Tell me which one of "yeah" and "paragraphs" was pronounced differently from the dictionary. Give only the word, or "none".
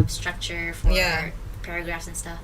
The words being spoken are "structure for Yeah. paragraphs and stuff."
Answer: none